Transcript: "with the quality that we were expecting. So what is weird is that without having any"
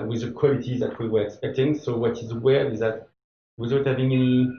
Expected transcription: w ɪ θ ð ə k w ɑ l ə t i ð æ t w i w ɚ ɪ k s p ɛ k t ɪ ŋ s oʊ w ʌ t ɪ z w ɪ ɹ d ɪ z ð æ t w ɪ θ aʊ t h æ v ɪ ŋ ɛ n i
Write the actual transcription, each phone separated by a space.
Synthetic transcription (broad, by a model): w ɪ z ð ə k w ɑ l ə t i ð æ t w i w ɚ ɪ k s p ɛ k t ɪ ŋ s oʊ w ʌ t ɪ z w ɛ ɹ ɪ z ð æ t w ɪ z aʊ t h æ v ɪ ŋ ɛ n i